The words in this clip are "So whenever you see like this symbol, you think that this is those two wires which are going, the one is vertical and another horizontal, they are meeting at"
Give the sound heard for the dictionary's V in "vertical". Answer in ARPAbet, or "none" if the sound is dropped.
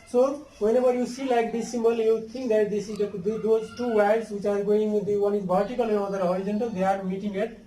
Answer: B